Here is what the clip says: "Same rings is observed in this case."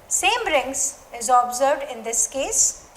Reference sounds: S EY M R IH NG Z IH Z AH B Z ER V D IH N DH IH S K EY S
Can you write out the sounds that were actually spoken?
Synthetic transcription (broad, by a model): S EY M R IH NG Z IH Z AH B Z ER D IH N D IH S K EY S